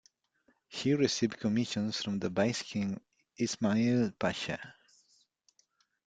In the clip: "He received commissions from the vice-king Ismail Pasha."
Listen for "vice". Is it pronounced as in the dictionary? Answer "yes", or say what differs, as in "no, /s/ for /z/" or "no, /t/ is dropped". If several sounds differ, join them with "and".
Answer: no, /b/ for /v/